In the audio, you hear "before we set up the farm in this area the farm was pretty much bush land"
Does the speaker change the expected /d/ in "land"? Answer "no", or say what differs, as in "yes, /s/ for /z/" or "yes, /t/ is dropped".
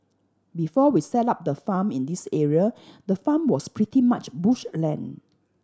yes, /d/ is dropped